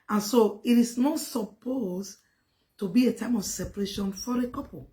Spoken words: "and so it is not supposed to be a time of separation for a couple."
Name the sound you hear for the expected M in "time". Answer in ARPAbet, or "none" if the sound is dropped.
M